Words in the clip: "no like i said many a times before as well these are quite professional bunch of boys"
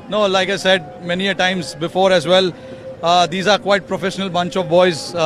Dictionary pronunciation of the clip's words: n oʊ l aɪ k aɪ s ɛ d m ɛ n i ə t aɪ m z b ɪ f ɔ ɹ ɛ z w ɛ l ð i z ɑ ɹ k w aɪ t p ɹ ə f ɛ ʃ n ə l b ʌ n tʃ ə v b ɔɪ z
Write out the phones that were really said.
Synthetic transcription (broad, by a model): n oʊ l aɪ k aɪ s ɛ d m ɛ n i ə t aɪ m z b ɪ f ɔ ɹ ɛ z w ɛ l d i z ɑ ɹ k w aɪ t p ɹ ə f ɛ ʃ n ə l b ʌ n tʃ ə v b ɔɪ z